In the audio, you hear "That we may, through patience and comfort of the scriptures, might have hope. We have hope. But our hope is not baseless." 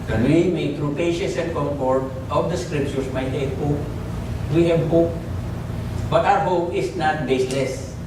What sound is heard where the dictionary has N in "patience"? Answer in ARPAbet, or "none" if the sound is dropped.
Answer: none